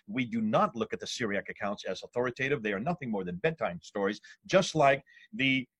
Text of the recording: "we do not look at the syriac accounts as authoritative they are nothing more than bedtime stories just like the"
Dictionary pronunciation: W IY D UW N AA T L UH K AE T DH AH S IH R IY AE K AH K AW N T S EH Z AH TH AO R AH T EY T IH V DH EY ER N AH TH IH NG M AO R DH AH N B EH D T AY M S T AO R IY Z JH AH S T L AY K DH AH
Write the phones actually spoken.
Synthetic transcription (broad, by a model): W IY D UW N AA T L UH K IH T DH AH S IH R IY AE K AH K AW N T S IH Z AH TH AO R AH T EY T IH V DH EY ER N AH TH IH NG M AO R DH AH N B EH D T AY M S T AO R IY Z JH AH S T L AY K DH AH